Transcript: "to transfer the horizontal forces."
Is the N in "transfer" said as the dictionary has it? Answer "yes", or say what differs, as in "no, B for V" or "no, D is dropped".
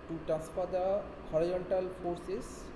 no, N is dropped